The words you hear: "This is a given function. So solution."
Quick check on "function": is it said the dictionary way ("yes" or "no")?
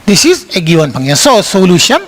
no